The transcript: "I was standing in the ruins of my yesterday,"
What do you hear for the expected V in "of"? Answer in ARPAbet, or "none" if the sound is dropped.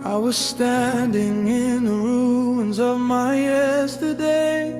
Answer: V